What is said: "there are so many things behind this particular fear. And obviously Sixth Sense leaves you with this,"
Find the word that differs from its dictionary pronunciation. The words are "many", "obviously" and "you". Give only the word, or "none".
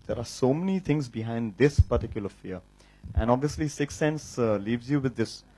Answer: none